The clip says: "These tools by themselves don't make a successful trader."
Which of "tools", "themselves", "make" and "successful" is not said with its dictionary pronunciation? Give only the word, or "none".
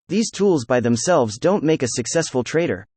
none